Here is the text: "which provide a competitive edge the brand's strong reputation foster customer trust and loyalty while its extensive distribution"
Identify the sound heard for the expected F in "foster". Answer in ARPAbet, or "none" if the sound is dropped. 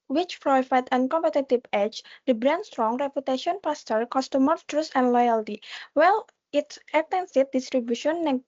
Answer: P